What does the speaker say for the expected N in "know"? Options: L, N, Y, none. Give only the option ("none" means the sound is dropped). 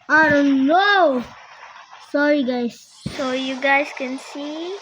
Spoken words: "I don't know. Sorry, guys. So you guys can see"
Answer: N